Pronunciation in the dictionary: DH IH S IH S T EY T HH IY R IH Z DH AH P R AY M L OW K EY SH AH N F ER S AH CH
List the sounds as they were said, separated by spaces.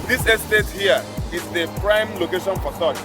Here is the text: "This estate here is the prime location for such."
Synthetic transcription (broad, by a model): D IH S IH S T EY T HH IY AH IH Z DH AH P R AY M L OW K EY SH AH N F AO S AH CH